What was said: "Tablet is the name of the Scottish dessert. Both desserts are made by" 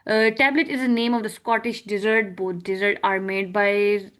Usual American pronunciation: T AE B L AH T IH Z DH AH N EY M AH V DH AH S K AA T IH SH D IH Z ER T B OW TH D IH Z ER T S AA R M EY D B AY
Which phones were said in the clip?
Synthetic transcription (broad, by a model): T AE B L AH T IH Z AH N EY M AH V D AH S K AA T IH SH D IH Z ER T B OW T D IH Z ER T AA R M EY D B AY